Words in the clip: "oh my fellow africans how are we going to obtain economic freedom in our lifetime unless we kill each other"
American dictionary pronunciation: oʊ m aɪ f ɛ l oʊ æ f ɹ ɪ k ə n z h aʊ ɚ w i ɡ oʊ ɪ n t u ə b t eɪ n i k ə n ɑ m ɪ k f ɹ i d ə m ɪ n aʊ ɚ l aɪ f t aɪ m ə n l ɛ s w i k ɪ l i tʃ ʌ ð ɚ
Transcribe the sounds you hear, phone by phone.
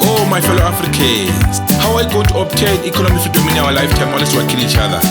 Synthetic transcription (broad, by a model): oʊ m aɪ f ɛ l oʊ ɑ f ɹ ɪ k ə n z h aʊ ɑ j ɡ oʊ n t u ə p t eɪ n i k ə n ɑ m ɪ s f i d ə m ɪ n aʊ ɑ l aɪ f t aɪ m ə l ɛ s w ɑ k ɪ n i tʃ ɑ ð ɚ